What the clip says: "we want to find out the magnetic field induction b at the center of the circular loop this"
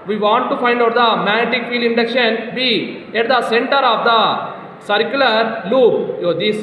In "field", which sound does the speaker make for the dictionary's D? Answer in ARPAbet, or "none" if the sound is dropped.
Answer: none